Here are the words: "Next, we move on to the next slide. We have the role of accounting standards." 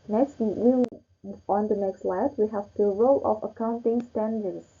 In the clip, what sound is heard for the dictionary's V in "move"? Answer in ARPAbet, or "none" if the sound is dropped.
none